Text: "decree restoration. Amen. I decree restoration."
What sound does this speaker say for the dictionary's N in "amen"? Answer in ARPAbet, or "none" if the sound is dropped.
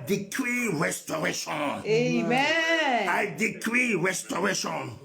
none